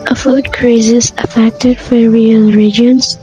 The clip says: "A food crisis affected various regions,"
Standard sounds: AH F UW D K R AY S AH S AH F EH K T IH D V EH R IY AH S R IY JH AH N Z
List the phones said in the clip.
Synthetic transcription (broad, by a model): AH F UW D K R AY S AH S AH F EH K T IH D F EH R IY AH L R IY JH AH N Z